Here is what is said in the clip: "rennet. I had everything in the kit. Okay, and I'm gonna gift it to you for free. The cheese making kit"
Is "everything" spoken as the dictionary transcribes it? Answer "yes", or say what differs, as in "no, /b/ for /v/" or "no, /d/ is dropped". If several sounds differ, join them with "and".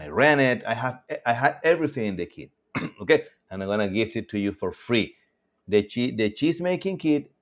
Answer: yes